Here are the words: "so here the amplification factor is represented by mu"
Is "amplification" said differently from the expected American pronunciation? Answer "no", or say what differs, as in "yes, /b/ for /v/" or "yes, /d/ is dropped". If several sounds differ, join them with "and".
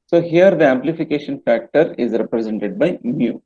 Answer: no